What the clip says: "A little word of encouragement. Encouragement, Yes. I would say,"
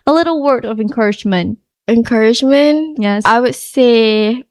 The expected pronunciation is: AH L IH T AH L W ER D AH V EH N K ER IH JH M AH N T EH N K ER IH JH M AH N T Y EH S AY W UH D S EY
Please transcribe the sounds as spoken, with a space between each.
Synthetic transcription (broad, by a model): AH L IH T L W ER D AH V EH N K ER IH JH M AH N T EH N K ER IH JH M AH N T Y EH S AY W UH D S EY